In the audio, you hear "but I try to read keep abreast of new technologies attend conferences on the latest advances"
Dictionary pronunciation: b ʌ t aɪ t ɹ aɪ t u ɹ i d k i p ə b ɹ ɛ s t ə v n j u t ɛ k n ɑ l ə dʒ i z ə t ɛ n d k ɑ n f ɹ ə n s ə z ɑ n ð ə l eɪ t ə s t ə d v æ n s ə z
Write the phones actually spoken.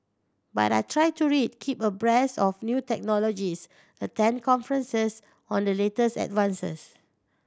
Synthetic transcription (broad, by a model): b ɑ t aɪ t ɹ aɪ t u ɹ i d k i p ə b ɹ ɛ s ə f n j u t ɛ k n ɑ l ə dʒ i s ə t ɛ n k ɑ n f ɹ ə n s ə s ɑ n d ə l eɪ t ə s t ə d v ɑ n s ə s